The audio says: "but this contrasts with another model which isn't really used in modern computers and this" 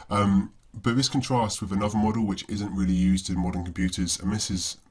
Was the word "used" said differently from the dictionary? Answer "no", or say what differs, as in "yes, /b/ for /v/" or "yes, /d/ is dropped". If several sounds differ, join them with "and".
no